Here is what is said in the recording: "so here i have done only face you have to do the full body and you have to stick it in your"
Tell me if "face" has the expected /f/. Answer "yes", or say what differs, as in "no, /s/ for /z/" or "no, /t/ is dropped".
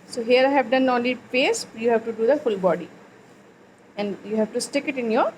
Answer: no, /p/ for /f/